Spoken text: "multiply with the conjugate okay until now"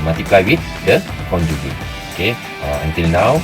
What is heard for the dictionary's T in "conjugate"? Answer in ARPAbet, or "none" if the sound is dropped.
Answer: none